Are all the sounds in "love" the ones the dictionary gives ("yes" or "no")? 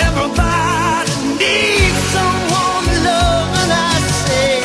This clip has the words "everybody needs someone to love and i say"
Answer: no